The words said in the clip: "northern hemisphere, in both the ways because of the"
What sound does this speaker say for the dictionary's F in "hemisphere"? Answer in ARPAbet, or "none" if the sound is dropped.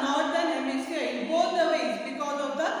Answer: none